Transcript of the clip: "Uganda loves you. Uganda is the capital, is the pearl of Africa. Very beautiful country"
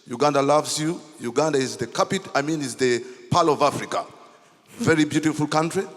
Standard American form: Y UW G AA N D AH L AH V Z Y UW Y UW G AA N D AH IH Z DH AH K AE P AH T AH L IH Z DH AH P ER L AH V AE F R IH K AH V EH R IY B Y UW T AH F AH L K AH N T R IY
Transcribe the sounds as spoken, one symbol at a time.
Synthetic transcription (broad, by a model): Y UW G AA N D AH L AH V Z Y UW Y UW G AA N D AH IH Z DH AH K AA P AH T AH N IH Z DH AH P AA L AH V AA F R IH K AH V EH R IY B Y UW T AH F AH L K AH N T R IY